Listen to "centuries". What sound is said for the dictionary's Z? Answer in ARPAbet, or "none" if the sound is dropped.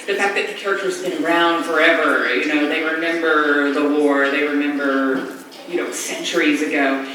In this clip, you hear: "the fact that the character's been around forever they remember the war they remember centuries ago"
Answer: Z